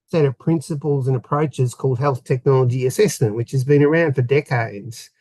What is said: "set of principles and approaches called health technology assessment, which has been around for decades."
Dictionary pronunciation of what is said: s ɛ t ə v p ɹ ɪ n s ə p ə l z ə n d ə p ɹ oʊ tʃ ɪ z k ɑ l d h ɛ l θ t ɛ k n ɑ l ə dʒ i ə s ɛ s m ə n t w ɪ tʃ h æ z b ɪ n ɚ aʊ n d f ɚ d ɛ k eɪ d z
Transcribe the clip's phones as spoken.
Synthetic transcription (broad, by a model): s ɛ t ə v p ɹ ɪ n s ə p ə l z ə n ə p ɹ oʊ tʃ ɪ z k ɑ l d h ɛ l θ t ɛ k n ɑ l ə dʒ i ə s ɛ s m ə n t w ɪ tʃ h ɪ z b ɪ n ɚ aʊ n d f ɚ d ɛ k eɪ d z